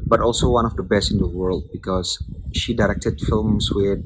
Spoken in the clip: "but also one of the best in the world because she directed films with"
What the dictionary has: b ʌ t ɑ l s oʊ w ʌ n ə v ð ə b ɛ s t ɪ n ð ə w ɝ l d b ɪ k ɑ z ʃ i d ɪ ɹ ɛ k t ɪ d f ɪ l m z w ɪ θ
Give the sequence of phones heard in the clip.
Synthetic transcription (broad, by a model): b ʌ t ɑ l s oʊ w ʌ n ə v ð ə b ɛ s t ɪ n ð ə w ɝ l d b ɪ k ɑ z ʃ i d ɪ ɹ ɛ k t ɪ d f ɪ l m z w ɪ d